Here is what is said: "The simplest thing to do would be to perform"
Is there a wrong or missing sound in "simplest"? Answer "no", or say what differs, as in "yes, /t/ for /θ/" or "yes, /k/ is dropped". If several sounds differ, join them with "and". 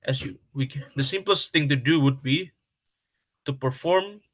no